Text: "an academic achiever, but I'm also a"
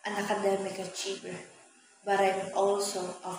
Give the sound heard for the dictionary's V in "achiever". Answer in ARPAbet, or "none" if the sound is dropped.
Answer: B